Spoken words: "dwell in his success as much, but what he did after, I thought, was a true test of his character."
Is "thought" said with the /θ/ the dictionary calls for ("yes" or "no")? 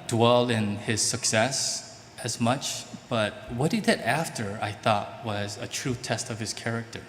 yes